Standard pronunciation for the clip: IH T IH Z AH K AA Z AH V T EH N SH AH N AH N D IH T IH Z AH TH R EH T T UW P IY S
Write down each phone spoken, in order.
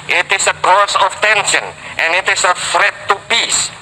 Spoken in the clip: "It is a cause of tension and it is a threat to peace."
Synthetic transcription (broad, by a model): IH T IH S AH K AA S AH F T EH N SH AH N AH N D IH T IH S AH F R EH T T UW P IY S